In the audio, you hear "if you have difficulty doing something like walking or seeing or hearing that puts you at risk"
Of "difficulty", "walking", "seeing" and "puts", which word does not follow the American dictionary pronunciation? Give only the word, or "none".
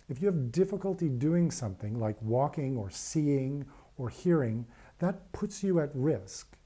none